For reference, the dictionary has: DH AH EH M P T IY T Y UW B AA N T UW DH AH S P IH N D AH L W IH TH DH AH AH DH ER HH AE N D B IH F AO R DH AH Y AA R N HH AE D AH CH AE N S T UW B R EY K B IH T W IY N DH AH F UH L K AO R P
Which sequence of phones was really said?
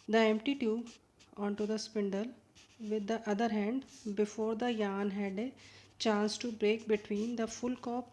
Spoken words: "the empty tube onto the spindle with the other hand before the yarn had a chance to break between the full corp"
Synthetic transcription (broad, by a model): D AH EH M P T IY T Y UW AA N T UW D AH S P IH N D AH L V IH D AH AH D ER HH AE N D B IH F AO R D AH Y AA N HH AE D AH CH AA N S T UW B R EY K B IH T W IY N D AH F UH L K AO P